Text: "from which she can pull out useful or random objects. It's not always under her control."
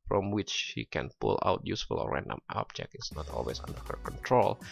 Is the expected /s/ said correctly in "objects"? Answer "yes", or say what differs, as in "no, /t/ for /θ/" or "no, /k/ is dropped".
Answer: no, /s/ is dropped